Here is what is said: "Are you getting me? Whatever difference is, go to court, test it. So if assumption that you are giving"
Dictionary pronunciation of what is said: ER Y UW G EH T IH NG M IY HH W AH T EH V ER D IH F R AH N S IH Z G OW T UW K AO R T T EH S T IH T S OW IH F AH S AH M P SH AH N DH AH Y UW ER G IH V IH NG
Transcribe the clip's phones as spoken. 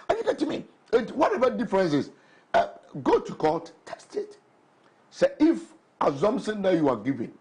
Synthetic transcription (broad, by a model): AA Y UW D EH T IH M IY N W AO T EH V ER D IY F R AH N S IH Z G OW T UW K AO L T T EH S T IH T S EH IH F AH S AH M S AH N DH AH Y UW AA G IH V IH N